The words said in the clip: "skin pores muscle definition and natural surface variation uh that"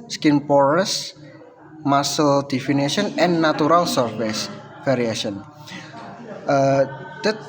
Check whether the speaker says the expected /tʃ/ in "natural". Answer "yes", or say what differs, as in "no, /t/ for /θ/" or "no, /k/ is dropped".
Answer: no, /tʃ/ is dropped